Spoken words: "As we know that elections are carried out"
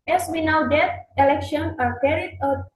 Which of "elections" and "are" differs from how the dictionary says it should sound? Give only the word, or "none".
elections